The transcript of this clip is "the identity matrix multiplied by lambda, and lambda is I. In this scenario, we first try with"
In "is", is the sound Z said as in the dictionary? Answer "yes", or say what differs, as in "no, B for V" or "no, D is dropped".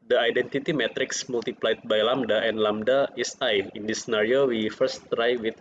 no, S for Z